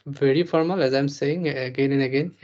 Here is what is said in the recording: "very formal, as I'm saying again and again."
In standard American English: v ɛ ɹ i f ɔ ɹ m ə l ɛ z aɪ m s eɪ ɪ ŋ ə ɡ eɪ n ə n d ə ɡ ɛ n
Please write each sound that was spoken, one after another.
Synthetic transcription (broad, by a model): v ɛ ɹ i f ɔ ɹ m ə l ɛ z aɪ m s eɪ ɪ ŋ ə ɡ eɪ n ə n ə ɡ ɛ n